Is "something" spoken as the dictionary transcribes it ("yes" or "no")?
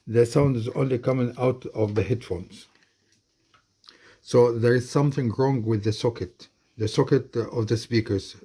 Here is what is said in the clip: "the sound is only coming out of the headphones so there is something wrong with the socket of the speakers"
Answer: yes